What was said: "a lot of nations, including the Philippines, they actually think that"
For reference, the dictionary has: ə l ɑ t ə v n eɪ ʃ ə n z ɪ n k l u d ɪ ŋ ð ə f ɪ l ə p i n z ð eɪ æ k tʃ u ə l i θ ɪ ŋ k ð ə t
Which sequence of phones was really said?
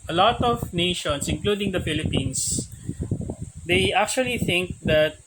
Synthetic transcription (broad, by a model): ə l ɑ t ə v n eɪ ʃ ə n s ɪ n k l u d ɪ ŋ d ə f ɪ l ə p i n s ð eɪ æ k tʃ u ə l i θ ɪ ŋ k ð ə t